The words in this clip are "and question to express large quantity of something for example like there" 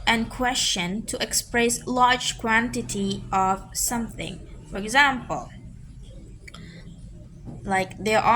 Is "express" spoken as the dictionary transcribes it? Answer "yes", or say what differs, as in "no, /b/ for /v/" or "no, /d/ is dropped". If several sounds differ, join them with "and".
yes